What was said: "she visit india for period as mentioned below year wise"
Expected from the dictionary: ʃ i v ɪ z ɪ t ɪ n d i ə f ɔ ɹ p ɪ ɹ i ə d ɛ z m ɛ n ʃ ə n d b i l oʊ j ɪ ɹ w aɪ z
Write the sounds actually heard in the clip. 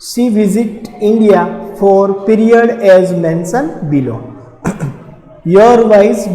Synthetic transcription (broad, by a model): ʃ i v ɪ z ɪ t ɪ n d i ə f ɔ ɹ p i ɹ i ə d ɛ z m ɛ n s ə n b i l oʊ j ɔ ɹ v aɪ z